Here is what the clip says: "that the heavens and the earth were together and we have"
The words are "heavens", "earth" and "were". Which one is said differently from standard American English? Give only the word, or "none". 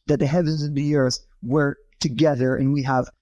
none